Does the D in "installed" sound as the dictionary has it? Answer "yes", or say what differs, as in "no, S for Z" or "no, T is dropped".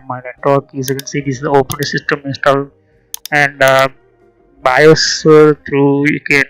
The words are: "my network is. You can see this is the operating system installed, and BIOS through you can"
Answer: no, D is dropped